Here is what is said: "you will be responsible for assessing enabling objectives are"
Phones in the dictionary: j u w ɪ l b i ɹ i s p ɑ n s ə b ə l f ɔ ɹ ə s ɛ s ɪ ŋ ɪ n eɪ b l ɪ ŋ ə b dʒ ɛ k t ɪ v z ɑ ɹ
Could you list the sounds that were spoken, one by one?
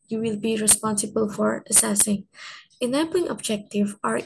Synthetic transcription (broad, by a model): j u w ɪ l b i ɹ i s p ɑ n s ə b ə l f ɔ ɹ ə s ɛ s ɪ ŋ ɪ n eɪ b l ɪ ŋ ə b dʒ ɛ k t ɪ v ɑ ɹ